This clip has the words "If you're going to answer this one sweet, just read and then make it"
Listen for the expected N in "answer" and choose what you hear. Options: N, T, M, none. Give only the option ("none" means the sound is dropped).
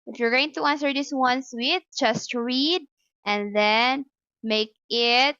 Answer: N